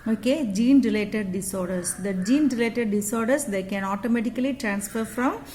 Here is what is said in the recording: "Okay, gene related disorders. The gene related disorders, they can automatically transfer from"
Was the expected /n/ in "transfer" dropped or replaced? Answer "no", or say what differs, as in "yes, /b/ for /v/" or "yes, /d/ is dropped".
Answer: no